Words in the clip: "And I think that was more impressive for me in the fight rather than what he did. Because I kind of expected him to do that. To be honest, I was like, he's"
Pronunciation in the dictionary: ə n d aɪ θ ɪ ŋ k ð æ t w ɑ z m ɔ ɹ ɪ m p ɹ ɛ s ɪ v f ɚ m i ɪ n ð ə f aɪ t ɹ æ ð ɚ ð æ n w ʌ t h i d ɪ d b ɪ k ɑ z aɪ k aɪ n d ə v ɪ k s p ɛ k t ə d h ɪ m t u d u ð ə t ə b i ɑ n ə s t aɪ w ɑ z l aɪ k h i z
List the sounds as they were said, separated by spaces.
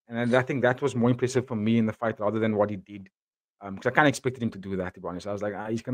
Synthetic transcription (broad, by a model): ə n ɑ aɪ θ ɪ ŋ k ð æ t w ɑ z m ɔ ɹ ɪ m p ɹ ɛ s ɪ v f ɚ m i ɪ n ð ə f aɪ t ɹ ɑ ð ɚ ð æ n w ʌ t h i d ɪ d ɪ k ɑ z aɪ k aɪ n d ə ɪ k s p ɛ k t ə d h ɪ m t u d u ð ə t ə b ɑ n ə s aɪ w ɑ z l aɪ k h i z